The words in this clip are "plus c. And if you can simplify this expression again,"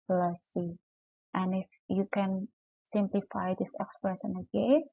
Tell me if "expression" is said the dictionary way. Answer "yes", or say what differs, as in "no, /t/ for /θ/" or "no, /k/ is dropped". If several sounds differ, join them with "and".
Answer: no, /s/ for /ʃ/